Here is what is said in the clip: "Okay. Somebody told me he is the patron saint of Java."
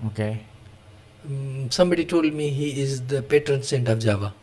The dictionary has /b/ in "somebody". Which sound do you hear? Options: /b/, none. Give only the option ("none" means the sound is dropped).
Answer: /b/